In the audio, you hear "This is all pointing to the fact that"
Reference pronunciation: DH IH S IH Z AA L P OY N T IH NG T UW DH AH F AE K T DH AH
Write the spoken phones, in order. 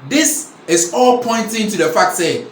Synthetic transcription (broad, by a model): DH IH S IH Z AA L P OY N T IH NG T UW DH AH F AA K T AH